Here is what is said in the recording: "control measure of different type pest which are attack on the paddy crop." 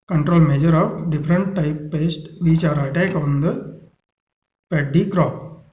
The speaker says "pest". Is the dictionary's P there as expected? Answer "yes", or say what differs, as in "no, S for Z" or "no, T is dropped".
yes